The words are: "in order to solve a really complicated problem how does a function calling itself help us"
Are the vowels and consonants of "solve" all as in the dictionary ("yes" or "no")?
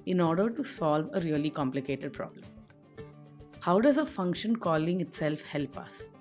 yes